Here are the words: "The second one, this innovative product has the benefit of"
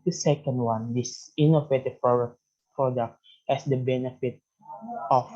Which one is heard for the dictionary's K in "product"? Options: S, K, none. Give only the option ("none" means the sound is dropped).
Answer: K